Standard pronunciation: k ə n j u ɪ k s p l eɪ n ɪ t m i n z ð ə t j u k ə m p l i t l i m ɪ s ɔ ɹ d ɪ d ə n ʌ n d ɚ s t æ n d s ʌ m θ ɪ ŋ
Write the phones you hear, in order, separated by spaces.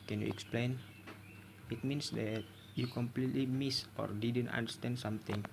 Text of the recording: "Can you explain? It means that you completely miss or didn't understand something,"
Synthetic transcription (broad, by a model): k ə n j u ɪ k s p l eɪ n ɪ t m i n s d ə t j u k ə m p l i t l i m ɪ s ɔ ɹ d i d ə n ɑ n d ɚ s t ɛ n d s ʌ m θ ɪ ŋ